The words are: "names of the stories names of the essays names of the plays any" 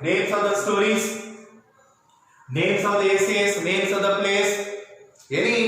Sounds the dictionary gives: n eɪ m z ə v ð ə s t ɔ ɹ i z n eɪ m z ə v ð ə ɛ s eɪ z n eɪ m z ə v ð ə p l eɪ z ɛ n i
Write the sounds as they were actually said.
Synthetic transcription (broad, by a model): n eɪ m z ə v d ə s t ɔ ɹ i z n eɪ m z ə v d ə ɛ s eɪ s n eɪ m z ə v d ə p l eɪ s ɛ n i